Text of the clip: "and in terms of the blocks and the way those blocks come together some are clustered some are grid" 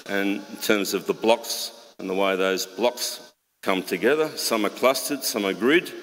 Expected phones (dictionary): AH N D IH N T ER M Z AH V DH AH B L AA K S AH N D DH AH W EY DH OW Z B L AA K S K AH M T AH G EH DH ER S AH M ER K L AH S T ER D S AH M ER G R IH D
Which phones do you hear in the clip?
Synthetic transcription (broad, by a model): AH N IH N T ER M Z AH V DH AH B L AA K S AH N DH AH W EY DH OW Z B L AA K S K AH M T AH G EH DH ER S AH M ER K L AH S T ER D S AH M ER G R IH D